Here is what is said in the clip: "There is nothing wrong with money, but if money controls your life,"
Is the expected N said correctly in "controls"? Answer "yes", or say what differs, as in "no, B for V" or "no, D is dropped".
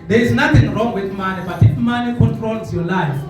no, N is dropped